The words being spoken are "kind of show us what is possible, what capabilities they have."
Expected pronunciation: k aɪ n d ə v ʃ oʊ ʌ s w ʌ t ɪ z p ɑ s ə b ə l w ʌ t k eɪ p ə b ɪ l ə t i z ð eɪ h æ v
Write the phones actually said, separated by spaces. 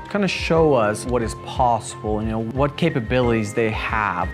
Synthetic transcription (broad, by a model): k aɪ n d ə ʃ oʊ ʌ s w ʌ t ɪ z p ɑ s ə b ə n w ʌ t k eɪ p ə b ɪ l ə t i z ð eɪ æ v